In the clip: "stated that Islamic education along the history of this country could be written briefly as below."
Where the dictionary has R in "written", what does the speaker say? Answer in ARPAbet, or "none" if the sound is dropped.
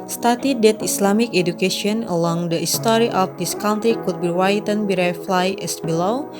W